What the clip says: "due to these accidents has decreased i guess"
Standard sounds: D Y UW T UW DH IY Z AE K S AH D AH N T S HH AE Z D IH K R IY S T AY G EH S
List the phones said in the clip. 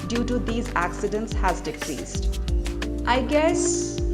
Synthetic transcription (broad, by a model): D Y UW T UW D IY Z AE K S AH D AH N T S HH AE Z D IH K R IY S T AY G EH S